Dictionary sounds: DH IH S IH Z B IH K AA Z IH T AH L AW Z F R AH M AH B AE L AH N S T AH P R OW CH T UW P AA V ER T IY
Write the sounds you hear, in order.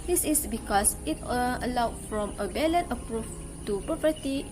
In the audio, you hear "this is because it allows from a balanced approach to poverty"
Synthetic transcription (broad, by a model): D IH S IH S B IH K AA S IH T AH L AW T F R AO M AH B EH L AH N T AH P R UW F T UW P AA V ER T IY